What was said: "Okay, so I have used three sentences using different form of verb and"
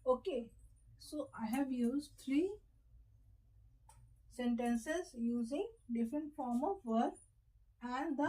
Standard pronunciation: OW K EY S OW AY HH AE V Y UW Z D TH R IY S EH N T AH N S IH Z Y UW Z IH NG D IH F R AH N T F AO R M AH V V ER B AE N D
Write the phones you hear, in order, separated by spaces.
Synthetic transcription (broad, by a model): OW K EY S OW AY HH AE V Y UW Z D T R IY S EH N T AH N S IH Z Y UW Z IH NG D IH F R AH N T F AO R M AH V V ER AE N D